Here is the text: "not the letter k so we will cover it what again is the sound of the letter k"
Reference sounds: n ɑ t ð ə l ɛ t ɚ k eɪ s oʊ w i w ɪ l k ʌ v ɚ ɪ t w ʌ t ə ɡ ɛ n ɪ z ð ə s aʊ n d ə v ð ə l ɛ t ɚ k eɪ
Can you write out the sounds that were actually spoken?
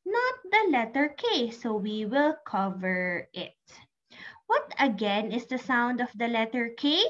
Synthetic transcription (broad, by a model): n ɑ t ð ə l ɛ t ɚ k eɪ s oʊ w i w ɪ l k ʌ v ɚ ɪ t w ʌ t ə ɡ ɛ n ɪ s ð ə s aʊ n d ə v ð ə l ɛ t ɚ k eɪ